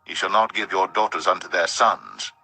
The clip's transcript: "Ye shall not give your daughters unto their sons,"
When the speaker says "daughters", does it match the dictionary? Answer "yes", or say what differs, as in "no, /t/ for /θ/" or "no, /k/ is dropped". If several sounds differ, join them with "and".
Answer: yes